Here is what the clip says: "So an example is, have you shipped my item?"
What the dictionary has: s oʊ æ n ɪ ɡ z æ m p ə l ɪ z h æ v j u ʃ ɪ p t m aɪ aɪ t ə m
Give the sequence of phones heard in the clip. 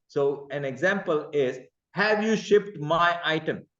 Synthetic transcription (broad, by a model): s oʊ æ n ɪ ɡ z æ m p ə l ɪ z h æ v j u ʃ ɪ p t m aɪ aɪ t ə m